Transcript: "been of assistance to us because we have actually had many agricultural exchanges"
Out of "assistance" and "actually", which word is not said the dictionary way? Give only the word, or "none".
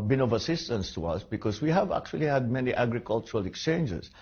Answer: none